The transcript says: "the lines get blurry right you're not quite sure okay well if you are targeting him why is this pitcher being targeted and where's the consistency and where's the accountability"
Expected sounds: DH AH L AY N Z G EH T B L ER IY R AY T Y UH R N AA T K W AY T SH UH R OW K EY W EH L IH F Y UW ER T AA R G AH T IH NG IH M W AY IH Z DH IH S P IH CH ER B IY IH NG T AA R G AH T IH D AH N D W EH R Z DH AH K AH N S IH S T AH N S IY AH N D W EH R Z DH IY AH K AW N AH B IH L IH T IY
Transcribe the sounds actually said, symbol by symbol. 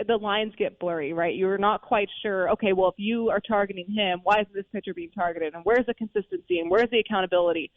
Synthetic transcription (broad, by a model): DH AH L AY N Z G EH T B L ER IY R AY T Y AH R N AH T K W AY T SH UH R OW K EY W EH L IH F Y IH ER T AA R G AH T IH NG IH M W AY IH Z DH IH S P IH CH ER B IY IH NG T AA R G AH T IH D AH N W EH R Z DH AH K AH N S IH S T AH N S IY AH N W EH R Z DH IY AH K AW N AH B IH L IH T IY